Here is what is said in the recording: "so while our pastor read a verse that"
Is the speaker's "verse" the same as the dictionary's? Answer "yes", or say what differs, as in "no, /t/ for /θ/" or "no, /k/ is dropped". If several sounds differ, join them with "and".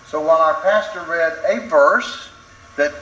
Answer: yes